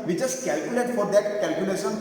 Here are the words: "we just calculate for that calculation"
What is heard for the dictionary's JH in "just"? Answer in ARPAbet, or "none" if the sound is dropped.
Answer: CH